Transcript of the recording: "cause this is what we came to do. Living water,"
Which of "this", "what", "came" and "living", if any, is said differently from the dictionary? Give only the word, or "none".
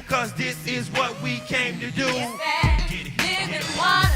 living